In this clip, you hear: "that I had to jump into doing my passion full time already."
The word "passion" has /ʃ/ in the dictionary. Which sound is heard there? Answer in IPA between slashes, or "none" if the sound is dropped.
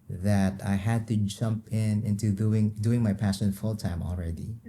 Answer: /s/